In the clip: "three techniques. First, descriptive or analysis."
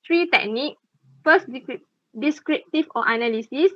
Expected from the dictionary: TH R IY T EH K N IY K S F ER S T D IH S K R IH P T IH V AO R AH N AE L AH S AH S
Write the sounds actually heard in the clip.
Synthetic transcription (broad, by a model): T R IY T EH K N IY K F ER S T D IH S K R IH P T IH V AO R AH N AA L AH S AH S